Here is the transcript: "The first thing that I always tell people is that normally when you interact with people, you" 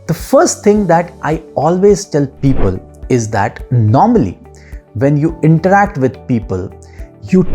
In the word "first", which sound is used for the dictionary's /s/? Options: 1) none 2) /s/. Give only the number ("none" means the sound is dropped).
2